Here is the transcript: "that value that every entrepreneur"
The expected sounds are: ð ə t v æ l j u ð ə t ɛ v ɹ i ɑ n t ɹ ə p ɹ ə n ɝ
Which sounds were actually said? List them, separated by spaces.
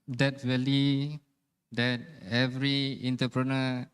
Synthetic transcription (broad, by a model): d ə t w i l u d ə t ɛ v ɹ i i n t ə p ɹ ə n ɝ